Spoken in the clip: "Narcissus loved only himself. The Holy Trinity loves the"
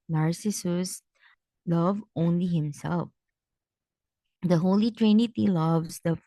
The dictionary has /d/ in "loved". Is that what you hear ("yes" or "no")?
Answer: no